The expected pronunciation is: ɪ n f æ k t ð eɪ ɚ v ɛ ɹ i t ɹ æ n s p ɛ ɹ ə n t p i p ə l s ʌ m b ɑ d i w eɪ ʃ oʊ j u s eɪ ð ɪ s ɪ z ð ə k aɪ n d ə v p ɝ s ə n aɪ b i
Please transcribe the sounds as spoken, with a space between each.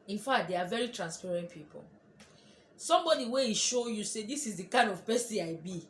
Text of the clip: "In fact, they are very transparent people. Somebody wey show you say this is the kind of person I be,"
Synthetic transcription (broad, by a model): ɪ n f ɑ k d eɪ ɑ v ɛ ɹ i t ɹ æ n s p ɛ ɹ ə n t p i p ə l s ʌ m b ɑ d i w eɪ ʃ oʊ j u s eɪ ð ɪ s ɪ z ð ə k aɪ n d ə v p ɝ s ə aɪ b i